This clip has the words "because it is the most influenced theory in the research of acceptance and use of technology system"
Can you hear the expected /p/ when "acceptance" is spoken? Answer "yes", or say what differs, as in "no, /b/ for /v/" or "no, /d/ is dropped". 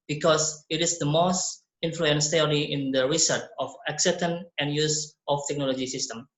no, /p/ is dropped